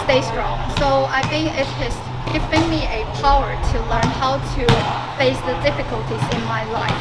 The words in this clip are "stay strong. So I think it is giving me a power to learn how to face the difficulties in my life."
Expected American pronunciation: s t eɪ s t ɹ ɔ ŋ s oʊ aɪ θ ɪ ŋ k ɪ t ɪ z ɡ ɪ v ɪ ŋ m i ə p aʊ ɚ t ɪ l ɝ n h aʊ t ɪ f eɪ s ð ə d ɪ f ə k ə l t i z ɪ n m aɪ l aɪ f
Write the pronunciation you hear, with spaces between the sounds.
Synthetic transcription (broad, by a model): s t eɪ s t ɹ ɔ ŋ s oʊ aɪ θ ɪ ŋ k ɪ t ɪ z ɡ ɪ v ɪ ŋ m i ə p aʊ ɚ t ɪ l ɝ n h aʊ t ɪ f eɪ s ð ə d ɪ f ə k ə l t i z ɪ n m aɪ l aɪ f